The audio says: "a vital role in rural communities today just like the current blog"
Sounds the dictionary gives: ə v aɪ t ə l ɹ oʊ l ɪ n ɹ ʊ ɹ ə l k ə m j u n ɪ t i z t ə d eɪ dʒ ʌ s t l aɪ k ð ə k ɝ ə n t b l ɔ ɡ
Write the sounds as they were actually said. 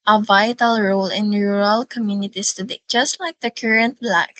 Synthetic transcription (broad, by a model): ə v aɪ t ə l ɹ oʊ l ɪ n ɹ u ɹ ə l k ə m j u n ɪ t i s t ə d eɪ dʒ ʌ s t l aɪ k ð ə k ɝ ə n t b l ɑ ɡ